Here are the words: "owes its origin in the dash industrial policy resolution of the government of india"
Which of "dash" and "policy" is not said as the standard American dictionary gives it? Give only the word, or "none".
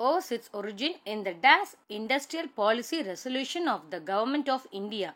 dash